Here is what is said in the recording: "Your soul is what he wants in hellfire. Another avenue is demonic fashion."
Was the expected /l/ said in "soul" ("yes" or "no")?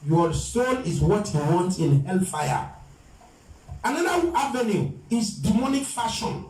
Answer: no